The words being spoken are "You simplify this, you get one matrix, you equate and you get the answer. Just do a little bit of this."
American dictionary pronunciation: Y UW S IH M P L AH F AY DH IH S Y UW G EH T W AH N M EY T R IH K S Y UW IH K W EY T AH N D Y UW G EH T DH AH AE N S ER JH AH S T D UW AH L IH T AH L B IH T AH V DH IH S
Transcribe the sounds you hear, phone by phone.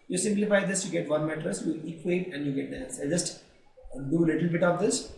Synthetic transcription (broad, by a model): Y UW S IH M P L AH F AY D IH S Y UW G EH T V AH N M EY T R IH S Y UW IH K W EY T AH N D Y UW G EH T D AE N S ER JH AH S T D UW AH L IH T AH L B IH T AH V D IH S